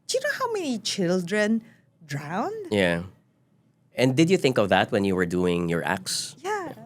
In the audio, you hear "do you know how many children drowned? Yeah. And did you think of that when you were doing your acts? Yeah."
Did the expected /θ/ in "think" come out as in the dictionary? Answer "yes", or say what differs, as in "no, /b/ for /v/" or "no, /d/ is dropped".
yes